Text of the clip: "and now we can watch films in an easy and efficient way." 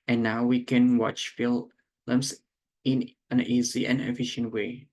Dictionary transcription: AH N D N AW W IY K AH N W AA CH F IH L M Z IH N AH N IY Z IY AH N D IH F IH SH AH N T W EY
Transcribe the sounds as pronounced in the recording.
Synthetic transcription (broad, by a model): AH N N AW W IY K AH N W AA CH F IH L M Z IH N AH N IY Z IY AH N IH F IH SH AH N T W EY